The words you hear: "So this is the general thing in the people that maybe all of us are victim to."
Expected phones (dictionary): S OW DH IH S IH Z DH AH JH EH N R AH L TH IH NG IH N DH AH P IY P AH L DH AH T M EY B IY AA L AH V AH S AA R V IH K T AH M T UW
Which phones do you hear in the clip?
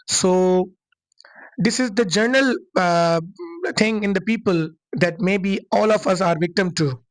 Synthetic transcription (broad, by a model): S OW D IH S IH Z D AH JH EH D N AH L T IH NG IH N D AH P IY P AH L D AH T M EY B IY AA L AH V AH S AA R V IH K T AH M T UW